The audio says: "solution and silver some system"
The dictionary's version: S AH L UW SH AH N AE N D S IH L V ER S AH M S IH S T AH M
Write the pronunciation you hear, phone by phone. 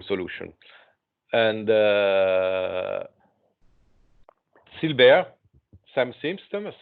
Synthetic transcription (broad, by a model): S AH L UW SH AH N AE N D S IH L B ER S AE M S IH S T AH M